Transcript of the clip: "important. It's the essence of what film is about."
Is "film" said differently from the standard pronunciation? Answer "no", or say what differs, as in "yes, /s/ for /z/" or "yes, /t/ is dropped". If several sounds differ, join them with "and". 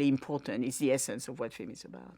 yes, /l/ is dropped